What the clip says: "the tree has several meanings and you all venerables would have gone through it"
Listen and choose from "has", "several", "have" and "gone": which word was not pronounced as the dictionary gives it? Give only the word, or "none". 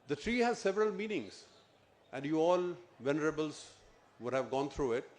none